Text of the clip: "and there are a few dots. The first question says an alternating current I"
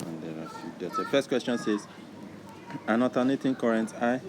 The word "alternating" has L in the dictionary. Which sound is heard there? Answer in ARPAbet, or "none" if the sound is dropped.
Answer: none